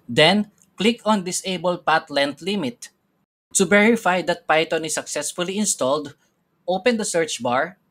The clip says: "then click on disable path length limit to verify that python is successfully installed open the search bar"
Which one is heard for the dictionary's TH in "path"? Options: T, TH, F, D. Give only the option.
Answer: T